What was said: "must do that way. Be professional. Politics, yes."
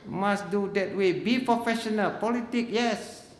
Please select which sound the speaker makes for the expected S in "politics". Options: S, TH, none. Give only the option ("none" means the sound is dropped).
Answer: none